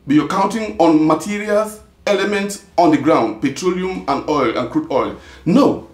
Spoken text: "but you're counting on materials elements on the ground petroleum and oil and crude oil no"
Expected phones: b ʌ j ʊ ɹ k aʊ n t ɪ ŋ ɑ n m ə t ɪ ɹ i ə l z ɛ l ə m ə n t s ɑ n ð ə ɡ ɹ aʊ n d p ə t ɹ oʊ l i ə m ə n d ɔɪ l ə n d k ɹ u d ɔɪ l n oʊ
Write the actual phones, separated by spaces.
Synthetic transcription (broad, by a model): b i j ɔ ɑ k aʊ n t ɪ ŋ ɑ n m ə t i ɹ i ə l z ɛ l ə m ə n t s ɑ n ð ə ɡ ɹ aʊ n d p ə t ɹ oʊ l i ə m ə n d ɔɪ l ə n k ɹ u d ɔɪ l n oʊ